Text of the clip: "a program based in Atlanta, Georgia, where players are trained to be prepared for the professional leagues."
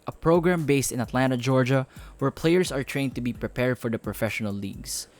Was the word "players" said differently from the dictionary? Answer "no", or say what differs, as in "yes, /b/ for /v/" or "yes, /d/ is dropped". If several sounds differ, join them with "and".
yes, /s/ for /z/